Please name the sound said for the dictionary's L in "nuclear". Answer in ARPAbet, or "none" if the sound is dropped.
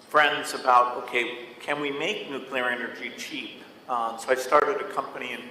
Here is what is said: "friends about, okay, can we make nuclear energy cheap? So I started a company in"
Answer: L